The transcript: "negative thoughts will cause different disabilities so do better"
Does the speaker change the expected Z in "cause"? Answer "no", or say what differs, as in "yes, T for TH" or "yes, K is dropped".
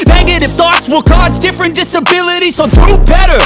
no